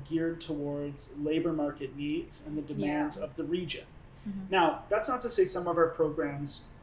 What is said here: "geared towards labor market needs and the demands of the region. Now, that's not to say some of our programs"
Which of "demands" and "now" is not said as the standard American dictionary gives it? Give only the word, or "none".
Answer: none